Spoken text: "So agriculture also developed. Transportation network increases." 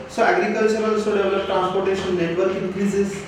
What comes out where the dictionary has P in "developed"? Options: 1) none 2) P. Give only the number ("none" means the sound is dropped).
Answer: 1